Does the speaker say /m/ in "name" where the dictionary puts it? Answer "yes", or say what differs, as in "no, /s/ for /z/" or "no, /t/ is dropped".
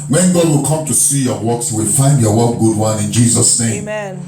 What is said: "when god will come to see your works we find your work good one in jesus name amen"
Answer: no, /m/ is dropped